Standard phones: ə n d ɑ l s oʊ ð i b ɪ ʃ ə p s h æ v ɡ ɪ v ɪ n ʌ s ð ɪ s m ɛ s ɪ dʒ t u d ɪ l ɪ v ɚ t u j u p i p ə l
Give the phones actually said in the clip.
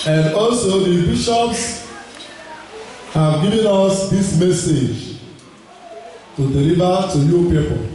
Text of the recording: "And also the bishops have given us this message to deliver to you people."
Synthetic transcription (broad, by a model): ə n d ɑ l s oʊ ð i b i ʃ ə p s h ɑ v ɡ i v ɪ n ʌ s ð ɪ s m ɛ s ɪ dʒ t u d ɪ l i v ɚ t u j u p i p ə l